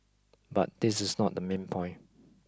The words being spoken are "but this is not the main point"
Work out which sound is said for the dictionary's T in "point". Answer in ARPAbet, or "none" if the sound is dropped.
none